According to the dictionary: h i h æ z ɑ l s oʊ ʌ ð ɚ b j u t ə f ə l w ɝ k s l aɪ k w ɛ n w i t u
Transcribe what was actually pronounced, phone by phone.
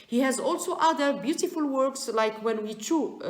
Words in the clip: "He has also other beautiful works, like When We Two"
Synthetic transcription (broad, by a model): h i h æ z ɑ l s oʊ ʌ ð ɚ b j u t ə f ə l w ɝ k s l aɪ k w ɛ n w i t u